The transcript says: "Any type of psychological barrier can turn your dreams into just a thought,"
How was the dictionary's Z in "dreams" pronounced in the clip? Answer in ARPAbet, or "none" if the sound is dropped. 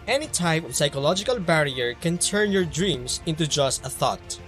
S